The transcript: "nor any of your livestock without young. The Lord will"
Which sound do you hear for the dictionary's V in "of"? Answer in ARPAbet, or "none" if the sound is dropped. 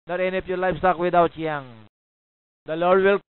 P